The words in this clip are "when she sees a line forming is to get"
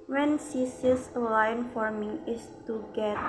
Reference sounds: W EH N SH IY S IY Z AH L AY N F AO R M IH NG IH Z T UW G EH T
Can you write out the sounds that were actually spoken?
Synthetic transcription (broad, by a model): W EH N S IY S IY S AH L AY N F AO R M IH NG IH S T UW G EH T